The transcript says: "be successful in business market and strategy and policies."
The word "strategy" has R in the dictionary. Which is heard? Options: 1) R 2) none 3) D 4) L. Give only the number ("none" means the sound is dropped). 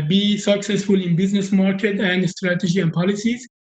1